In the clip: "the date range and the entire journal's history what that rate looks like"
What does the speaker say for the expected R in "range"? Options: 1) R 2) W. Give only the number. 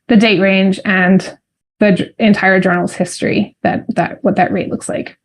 1